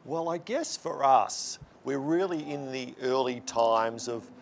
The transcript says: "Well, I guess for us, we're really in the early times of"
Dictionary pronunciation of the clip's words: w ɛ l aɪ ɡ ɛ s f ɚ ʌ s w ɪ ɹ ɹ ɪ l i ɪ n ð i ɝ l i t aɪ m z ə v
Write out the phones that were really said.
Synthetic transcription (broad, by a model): w ɛ l aɪ ɡ ɛ s f ɚ ʌ s w ɪ ɹ ɹ ɪ l i ɪ n ð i ɝ l i t aɪ m z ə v